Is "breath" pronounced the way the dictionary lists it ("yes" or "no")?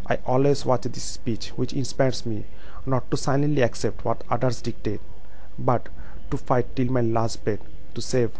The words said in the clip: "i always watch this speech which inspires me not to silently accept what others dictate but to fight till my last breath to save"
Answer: no